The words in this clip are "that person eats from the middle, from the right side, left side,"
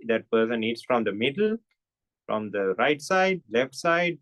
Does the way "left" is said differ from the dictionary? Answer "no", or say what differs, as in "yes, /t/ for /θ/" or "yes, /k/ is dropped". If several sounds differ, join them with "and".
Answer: no